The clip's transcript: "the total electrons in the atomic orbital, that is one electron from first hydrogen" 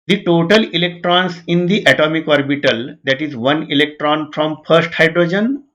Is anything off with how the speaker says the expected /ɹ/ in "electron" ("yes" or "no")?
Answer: no